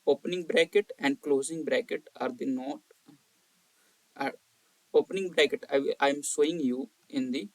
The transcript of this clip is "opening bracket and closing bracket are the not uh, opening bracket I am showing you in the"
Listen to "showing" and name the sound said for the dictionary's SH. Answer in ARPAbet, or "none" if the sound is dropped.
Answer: S